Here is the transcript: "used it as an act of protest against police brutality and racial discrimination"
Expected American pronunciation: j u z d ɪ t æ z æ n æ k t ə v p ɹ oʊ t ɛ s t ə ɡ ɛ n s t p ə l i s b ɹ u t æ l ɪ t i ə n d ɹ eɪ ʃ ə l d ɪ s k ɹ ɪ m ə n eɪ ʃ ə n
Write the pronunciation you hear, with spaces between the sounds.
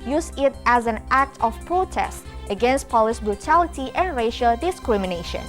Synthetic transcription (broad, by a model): j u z ɪ t æ z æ n æ k t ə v p ɹ oʊ t ɛ s t ə ɡ ɛ n s t p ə l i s b ɹ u t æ l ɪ t i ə n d ɹ eɪ ʃ ə l d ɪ s k ɹ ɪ m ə n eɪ ʃ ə n